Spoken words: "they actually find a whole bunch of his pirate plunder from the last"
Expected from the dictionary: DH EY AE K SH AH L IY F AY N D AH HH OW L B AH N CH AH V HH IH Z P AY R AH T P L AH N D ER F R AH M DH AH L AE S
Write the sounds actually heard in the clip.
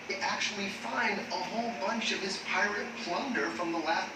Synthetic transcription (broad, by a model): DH AE K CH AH L IY F AY N D AH HH OW L B AH N CH AH V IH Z P AY R AH T P L AH N D ER F R AH M DH AH L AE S